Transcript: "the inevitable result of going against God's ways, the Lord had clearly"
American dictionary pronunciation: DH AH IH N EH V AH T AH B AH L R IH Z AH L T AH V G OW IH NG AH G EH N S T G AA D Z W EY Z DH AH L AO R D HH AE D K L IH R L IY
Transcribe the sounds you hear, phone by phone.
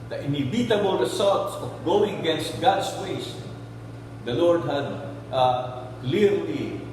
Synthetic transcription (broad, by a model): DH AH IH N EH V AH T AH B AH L R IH S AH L T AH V G OW IH NG AH G EH N S T G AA D S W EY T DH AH L AO R D HH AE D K L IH R L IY